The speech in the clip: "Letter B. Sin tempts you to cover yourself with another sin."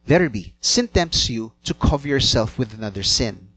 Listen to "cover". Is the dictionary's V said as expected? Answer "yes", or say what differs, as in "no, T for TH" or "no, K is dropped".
yes